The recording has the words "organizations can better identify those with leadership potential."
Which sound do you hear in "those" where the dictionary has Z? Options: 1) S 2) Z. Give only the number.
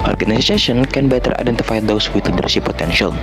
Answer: 1